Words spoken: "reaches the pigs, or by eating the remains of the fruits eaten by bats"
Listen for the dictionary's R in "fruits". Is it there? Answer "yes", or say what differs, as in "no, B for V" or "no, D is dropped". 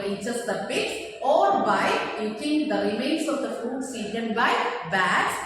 no, R is dropped